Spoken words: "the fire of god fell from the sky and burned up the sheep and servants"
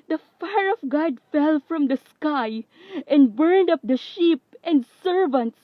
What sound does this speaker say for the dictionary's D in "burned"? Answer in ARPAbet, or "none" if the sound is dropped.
D